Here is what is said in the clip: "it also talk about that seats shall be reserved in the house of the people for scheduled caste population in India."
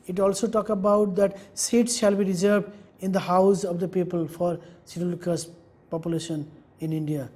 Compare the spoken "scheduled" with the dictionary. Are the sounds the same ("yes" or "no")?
no